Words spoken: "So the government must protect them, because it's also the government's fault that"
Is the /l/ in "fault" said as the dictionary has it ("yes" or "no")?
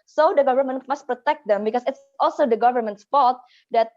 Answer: no